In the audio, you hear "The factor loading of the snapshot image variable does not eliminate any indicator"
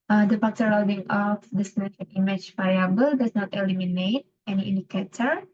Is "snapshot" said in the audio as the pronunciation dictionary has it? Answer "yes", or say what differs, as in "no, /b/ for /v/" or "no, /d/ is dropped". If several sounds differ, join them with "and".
no, /p/ is dropped